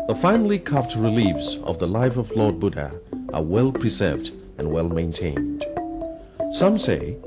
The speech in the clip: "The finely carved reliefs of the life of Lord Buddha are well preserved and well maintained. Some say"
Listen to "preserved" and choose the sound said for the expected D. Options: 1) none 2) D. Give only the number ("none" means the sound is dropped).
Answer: 2